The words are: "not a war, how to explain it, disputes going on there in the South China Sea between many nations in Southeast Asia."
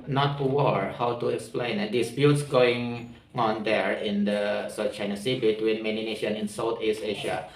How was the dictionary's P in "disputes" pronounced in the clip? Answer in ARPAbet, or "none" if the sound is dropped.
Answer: B